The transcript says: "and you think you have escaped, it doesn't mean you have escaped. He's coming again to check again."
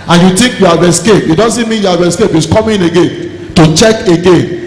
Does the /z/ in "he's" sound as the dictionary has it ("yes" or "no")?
no